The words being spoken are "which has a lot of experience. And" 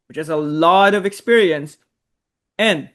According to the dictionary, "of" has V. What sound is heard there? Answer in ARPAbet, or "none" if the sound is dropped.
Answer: V